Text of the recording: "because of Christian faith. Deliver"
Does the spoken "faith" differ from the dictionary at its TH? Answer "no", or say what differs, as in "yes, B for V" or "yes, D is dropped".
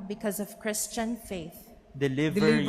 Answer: no